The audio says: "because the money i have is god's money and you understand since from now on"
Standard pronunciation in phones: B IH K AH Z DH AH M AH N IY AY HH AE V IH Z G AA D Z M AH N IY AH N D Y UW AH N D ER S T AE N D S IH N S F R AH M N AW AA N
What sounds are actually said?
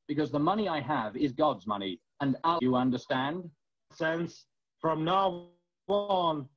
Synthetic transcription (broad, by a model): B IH K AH Z DH AH M AH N IY AY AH V IH Z G AA D Z M AH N IY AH N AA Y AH AH N D ER S T AE N D S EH N S F R AH M N AW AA N